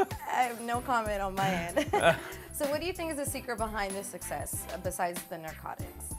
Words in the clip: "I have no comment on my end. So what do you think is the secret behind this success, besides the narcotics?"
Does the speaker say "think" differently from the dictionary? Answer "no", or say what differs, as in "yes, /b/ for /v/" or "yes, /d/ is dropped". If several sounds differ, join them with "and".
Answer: no